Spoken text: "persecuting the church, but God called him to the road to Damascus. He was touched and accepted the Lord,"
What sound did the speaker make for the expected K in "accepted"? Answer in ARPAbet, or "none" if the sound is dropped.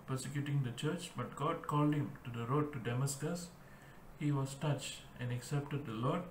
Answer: K